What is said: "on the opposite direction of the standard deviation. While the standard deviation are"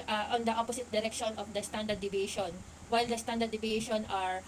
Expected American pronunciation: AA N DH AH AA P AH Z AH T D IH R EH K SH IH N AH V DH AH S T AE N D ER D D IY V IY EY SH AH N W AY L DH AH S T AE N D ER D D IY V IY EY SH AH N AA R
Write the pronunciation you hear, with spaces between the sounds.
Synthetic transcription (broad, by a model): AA N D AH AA P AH S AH T D IH R EH K SH IH N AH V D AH S T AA N D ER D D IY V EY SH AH N W AY L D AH S T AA N D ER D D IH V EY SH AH N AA R